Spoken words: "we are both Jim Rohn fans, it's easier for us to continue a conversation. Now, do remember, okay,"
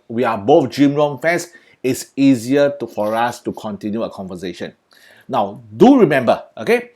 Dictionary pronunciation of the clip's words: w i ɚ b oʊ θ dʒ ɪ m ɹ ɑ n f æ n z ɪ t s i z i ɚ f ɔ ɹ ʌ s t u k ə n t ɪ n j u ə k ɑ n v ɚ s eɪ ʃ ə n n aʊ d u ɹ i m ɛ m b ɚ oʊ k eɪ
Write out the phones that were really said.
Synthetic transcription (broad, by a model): w i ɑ b oʊ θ dʒ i m ɹ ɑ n f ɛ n s ɪ t s i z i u f ɔ ɹ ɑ s t u k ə n t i n j u ə k ɑ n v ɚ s eɪ ʃ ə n n aʊ d u ɹ i m ɛ m b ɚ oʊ k eɪ